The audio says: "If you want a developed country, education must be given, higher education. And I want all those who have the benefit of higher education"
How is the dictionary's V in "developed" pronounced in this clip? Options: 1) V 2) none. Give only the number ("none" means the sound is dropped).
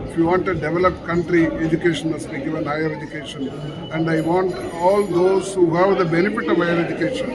1